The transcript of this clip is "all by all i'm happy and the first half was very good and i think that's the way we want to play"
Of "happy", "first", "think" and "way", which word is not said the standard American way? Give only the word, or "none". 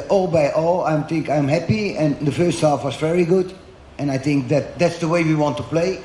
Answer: none